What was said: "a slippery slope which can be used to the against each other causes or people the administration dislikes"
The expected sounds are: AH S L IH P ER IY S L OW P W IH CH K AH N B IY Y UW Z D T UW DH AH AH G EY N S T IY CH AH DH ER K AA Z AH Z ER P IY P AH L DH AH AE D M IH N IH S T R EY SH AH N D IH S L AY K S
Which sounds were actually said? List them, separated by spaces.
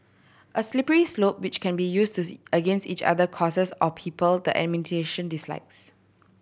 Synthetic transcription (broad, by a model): AH S L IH P ER IY S L OW P W IH CH K AH N B IY Y UW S T UW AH AH G EY N S T IY CH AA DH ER K AA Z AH S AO P IY P AH L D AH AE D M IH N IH T EY SH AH N D IH S L AY K S